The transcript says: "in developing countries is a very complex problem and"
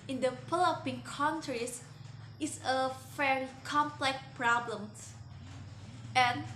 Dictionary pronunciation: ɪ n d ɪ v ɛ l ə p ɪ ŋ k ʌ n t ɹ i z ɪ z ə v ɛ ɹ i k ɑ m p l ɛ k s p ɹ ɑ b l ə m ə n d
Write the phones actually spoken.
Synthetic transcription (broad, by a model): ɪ n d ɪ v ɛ l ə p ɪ ŋ k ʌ n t ɹ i s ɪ s ə f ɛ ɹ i k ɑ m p l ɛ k p ɹ ɑ b l ə m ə n